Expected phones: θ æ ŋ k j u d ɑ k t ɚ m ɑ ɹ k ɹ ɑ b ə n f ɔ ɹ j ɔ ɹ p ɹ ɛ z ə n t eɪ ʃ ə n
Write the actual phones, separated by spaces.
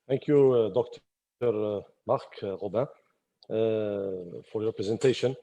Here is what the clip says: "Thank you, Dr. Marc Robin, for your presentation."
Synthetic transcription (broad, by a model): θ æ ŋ k j u d ɑ k t ɚ m ɑ ɹ k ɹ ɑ b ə f ɔ ɹ j ɔ ɹ p ɹ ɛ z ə n t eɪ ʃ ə n